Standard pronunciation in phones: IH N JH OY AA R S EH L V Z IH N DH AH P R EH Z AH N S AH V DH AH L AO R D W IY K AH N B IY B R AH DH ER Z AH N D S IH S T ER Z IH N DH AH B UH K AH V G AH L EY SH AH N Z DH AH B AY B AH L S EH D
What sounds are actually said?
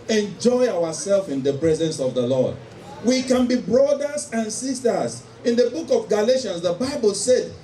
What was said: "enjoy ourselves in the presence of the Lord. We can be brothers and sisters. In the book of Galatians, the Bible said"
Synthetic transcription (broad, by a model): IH N JH OY AA W S EH L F IH N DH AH P R EH Z AH N S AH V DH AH L AO D W IY K AH N B IY B R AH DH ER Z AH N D S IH S T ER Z IH N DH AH B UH K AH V G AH L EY SH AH N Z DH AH B AY B AH L S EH D